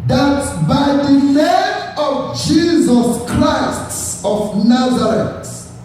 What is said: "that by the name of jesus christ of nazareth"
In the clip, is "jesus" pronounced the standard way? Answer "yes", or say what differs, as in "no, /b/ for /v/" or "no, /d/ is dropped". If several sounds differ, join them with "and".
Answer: yes